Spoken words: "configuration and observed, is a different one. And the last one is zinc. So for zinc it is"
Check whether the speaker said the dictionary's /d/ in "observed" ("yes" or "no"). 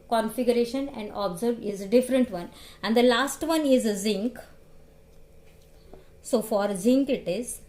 no